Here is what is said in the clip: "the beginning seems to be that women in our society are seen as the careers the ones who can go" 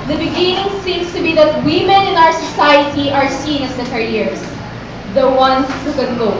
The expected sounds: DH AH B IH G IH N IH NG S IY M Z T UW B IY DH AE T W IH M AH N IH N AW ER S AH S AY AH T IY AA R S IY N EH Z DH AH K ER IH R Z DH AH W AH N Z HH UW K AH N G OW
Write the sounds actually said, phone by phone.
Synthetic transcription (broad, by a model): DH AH B IH G IH N IH NG S IY M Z T UW B IY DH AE T W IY M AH N IH N AW ER S AH S AY AH T IY AA R S IY N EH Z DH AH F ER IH R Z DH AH W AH N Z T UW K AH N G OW